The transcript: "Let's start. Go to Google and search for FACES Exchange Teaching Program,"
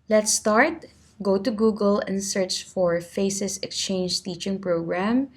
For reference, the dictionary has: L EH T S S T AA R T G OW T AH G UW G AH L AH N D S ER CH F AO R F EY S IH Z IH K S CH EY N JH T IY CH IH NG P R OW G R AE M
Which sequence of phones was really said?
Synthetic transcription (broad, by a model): L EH T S S T AA R T G OW T AH G UW G AH L AH N D S ER CH F AO R F EY S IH S IH K S CH EY N JH T IY CH IH NG P R OW G R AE M